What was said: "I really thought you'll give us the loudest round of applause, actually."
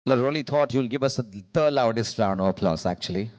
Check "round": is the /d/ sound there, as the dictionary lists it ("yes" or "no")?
no